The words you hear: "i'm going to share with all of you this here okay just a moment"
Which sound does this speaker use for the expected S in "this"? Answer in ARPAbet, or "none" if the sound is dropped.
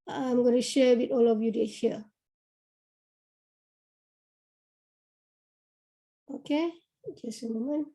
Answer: none